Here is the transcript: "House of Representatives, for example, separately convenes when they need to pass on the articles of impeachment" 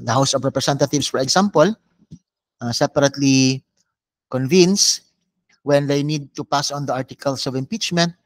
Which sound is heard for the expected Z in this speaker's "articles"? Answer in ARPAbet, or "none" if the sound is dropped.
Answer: S